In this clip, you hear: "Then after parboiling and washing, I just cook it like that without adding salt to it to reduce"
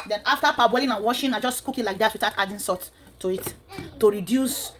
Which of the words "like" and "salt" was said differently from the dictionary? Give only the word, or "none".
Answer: salt